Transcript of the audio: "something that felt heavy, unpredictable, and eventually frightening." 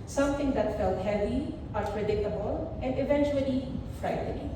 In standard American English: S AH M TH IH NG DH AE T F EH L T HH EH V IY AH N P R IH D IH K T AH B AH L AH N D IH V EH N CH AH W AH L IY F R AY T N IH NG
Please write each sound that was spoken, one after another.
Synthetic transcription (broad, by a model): S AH M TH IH NG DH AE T F EH L T HH EH V IY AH P R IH D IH K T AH B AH L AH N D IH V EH N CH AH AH L IY F R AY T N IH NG